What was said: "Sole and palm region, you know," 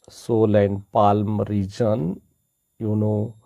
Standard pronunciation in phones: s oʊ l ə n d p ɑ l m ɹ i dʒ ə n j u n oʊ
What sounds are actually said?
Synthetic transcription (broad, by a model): s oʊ l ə n p ɑ l m ɹ i dʒ ə n j u n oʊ